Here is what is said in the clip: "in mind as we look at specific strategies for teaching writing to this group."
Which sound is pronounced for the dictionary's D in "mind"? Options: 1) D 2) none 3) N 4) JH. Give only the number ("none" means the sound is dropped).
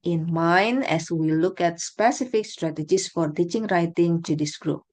2